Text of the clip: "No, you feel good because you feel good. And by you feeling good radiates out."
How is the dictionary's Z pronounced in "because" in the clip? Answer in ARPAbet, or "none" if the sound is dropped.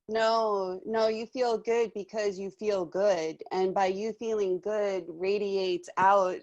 Z